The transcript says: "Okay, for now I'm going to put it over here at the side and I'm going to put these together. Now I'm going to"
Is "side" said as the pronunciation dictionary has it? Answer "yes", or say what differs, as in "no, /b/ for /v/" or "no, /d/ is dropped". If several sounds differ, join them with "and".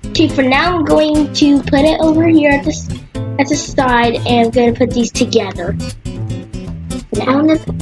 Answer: yes